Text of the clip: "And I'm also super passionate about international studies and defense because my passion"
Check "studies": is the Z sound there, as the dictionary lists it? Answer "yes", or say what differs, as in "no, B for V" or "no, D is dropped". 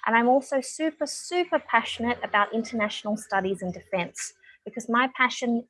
yes